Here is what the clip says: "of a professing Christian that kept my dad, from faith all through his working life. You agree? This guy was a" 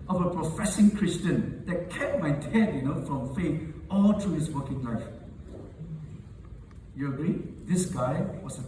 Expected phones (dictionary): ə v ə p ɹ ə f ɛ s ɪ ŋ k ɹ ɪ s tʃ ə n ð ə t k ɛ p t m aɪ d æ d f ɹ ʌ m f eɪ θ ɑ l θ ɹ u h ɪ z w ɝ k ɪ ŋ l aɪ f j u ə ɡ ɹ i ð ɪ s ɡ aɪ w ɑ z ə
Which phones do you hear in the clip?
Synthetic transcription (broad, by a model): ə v ə p ɹ ə f ɛ s ɪ ŋ k ɹ ɪ s tʃ ə n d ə t k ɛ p m aɪ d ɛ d f ɹ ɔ m f eɪ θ ɑ l t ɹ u h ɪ s w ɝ k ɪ ŋ l aɪ f j u ə ɡ ɹ i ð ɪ s ɡ aɪ w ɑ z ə